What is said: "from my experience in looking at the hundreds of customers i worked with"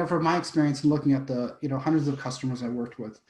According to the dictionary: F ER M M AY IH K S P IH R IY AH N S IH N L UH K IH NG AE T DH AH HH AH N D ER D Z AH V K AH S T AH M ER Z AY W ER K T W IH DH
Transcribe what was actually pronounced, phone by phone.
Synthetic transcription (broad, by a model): F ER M M AY IH K S P IH R IY AH N S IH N L UH K IH NG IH T DH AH HH AH N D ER D Z AH V K AH S T AH M ER Z AY W ER K T W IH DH